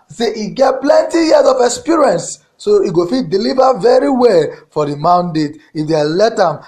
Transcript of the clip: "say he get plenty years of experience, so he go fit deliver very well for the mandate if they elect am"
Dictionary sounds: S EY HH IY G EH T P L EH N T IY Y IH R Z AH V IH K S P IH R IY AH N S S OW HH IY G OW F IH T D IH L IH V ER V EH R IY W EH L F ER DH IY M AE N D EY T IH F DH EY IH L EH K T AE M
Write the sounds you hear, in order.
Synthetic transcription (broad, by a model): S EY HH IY G EH T P L EH N T IY Y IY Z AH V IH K S P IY R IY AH N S S OW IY G OW F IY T D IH L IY V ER V EH R IY W EH L F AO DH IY M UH N D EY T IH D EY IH L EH T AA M